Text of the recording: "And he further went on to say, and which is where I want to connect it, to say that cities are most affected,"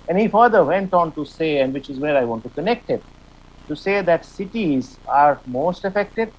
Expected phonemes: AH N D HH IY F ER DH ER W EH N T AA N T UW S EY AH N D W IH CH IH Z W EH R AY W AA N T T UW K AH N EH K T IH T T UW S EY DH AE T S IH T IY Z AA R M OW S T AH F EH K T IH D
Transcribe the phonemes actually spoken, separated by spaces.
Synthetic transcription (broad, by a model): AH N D HH IY F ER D ER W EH N T AA N T UW S EY AH N D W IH CH IH Z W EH R AY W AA N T T UW K AH N EH K T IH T T UW S EY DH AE T S IH T IY Z AA R M OW S T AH F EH K T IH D